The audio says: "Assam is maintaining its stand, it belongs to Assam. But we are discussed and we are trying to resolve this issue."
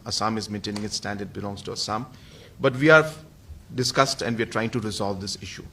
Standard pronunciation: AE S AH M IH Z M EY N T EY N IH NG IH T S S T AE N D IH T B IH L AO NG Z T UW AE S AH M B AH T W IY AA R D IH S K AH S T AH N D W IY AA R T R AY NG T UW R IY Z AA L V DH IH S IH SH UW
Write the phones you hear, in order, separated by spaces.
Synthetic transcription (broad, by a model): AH S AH M IH Z M EY N T EY N IH NG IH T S S T AE N D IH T B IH L AO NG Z T UW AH S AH M B AH T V IY AA R D IH S K AH S T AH N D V IY AA R T R AY NG T UW R IY Z AA L V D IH S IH SH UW